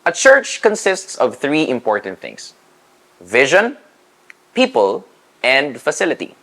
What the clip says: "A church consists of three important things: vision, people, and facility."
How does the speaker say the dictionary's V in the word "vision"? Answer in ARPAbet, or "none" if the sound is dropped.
V